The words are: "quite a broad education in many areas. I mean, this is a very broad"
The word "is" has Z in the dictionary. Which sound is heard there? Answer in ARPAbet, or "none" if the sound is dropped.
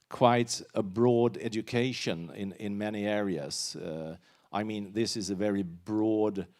Z